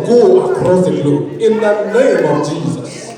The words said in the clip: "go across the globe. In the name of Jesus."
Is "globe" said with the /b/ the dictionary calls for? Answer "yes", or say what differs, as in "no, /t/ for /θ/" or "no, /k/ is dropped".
no, /b/ is dropped